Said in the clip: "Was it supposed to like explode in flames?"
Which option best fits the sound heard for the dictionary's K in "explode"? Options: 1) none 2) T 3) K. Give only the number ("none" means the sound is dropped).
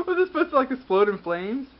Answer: 1